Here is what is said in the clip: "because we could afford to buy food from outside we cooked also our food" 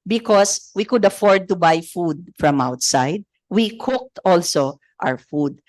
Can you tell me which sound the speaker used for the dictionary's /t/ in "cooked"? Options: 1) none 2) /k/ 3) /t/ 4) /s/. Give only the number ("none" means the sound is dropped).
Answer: 3